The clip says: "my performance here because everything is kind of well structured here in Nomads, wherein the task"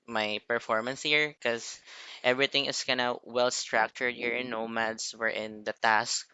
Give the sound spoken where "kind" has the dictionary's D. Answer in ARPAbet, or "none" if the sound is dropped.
none